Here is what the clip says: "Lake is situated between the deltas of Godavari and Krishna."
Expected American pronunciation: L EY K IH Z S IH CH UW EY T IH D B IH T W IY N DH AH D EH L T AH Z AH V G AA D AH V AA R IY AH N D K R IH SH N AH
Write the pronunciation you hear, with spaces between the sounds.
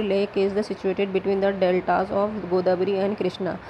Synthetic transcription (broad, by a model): L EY K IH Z S IH CH UW EY T IH D B IH T W IY N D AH D EH L T AH Z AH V G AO D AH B R IY AH N D K R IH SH N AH